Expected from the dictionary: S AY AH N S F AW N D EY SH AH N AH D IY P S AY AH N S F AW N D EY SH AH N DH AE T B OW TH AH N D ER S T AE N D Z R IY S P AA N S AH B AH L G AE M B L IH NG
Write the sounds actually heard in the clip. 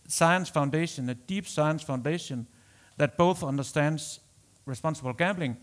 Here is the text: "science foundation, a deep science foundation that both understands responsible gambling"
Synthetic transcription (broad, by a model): S AY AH N S F AW N D EY SH AH N AH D IY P S AY AH N S F AW N D EY SH AH N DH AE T B OW TH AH N D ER S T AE N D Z R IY S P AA N S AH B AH L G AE M B L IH NG